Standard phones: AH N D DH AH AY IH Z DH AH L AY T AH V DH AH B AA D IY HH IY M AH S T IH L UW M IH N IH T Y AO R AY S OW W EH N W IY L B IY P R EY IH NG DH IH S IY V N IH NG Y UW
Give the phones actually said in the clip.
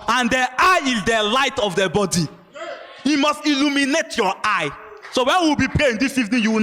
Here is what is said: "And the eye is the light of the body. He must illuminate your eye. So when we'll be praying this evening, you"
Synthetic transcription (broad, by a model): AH N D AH AY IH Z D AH L AY T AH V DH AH B AA D IY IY M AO S T IH L UW M IH N IH T Y AO AY S OW W EH N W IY W B IY P R EY IH NG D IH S IY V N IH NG Y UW